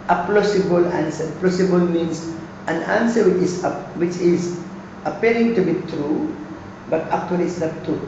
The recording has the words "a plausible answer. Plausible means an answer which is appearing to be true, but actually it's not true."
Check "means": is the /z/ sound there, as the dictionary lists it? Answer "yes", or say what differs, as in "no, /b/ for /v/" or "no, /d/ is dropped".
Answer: no, /s/ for /z/